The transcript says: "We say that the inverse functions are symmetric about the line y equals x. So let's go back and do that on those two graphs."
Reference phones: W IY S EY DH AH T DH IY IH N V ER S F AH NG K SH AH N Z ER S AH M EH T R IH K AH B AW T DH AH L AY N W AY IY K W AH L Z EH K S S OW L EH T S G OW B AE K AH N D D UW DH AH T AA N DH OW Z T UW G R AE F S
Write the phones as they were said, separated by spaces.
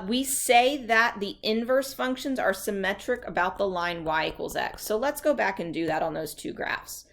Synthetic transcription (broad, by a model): W IY S EY DH AH T DH IY IH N V ER S F AH NG K SH AH N Z ER S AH M EH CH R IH K AH B AW T DH AH L AY N W AY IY K W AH L Z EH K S S OW L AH T S G OW B AE K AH N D D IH DH AH T N DH OW Z T UW G R AE F S